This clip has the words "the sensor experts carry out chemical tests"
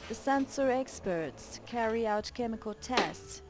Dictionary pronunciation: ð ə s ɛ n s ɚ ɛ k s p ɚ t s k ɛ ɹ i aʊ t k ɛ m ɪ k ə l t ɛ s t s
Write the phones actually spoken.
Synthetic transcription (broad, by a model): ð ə s ɛ n s ɚ ɛ k s p ɚ t s k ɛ ɹ i aʊ t k ɛ m ɪ k ə l t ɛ s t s